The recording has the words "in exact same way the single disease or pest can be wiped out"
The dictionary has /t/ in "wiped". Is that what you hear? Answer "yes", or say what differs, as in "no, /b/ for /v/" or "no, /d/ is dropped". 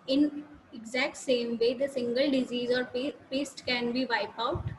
no, /t/ is dropped